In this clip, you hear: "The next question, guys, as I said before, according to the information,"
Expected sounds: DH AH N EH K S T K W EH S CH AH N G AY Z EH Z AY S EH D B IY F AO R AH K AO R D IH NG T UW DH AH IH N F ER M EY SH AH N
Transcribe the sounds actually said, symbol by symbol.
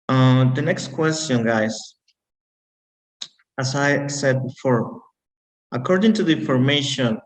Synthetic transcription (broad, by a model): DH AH N EH K S T K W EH S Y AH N G AY S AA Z AY S EH D B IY F AO R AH K AO R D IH NG T UW DH AH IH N F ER M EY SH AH N